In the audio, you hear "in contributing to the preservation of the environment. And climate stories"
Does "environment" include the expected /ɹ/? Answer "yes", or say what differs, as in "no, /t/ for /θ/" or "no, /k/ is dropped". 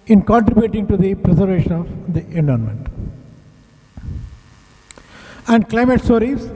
no, /ɹ/ is dropped